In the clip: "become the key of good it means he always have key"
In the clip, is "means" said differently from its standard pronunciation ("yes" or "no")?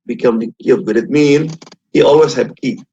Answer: yes